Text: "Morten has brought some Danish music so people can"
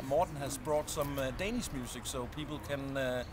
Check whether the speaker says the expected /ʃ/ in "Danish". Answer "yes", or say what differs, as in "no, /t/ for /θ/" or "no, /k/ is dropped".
no, /s/ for /ʃ/